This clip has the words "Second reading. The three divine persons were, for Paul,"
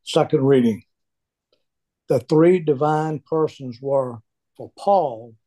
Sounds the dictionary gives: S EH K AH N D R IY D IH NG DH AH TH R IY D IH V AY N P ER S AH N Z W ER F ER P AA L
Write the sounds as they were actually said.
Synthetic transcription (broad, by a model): S EH K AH N D R IY D IH NG DH AH TH R IY D IH V AY N P ER S AH N Z W ER F ER P AA L